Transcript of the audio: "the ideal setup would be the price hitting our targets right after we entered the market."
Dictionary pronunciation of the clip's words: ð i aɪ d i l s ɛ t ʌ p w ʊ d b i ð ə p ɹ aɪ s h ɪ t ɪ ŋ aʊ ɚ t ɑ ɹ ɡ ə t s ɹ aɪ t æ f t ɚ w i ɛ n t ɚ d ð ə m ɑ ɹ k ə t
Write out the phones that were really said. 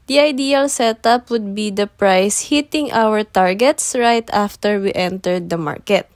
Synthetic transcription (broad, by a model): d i aɪ d i l s ɛ t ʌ p w ʊ d b i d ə p ɹ aɪ s h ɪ t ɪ ŋ aʊ ɚ t ɑ ɹ ɡ ə t s ɹ aɪ t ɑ f t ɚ w i ɛ n t ɚ d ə m ɑ ɹ k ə t